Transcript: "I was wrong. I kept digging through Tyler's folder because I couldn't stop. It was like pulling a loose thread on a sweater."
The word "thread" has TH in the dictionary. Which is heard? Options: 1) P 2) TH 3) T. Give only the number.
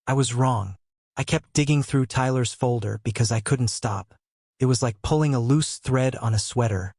2